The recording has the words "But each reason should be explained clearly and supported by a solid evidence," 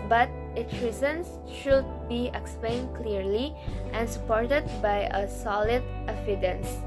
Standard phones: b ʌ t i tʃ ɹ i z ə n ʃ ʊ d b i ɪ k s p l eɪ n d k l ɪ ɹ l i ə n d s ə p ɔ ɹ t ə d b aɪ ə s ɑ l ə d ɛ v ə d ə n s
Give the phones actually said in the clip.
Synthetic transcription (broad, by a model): b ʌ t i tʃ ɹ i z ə n ʃ ʊ d b i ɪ k s p l eɪ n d k l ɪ ɹ l i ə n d s ə p ɔ ɹ t ə d b aɪ ə s ɑ l ə d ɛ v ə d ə n s